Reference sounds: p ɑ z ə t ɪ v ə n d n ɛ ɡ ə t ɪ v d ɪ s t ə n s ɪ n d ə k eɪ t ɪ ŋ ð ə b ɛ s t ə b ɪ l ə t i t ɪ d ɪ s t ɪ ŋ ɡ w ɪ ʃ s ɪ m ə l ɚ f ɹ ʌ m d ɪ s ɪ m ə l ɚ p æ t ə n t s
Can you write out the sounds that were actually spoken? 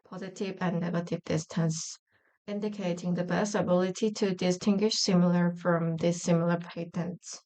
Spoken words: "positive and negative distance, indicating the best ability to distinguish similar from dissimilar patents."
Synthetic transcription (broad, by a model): p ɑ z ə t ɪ v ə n n ɛ ɡ ə t ɪ v d ɪ s t ə n s ɪ n d ə k eɪ t ɪ ŋ ð ə b ɛ s t ə b ɪ l ə t i t ɪ d ɪ s t ɪ ŋ ɡ w ɪ ʃ s ɪ m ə l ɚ f ɹ ʌ m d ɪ s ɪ m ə l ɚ p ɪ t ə n t s